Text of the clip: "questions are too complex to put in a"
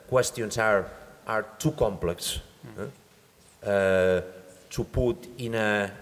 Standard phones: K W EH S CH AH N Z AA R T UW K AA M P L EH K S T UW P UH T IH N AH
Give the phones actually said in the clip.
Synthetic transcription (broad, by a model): K W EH S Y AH N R AA R T UW K AA M P L EH K S T UW P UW T IH N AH